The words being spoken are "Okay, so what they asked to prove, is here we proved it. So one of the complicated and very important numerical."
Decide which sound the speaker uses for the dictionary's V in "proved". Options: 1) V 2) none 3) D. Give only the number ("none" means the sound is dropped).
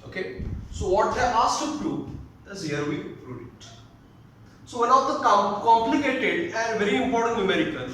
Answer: 2